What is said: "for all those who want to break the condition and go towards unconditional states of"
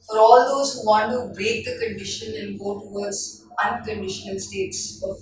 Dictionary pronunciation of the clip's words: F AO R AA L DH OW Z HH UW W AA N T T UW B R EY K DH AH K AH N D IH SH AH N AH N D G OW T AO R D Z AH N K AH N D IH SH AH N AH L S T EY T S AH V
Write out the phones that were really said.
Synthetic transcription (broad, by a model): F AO R AA L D OW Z HH UW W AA N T T UW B EY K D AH K AH N D IH SH AH N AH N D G OW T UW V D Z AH N K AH N D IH SH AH N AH L S T EY T S